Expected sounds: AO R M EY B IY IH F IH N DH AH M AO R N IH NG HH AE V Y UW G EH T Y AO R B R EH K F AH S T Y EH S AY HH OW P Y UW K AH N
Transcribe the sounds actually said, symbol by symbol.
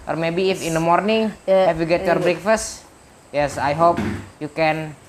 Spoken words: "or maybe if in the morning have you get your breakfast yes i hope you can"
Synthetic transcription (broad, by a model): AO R M EY B IY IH F IH N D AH M AO R N IH NG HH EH F Y UW G EH T Y AO R B R EH K F AH S T Y EH S AY HH OW P Y UW K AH N